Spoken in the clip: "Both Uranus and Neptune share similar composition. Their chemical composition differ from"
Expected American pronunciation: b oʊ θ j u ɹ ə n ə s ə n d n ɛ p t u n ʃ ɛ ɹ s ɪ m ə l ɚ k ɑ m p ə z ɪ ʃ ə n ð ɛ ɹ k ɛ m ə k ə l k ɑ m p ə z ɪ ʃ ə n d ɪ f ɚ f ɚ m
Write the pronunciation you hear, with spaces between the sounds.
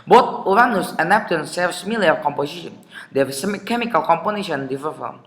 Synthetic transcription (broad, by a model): b oʊ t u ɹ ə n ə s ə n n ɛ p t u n s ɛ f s m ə l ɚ k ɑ m p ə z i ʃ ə n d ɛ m k ɛ m ə k ə l k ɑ m p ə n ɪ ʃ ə n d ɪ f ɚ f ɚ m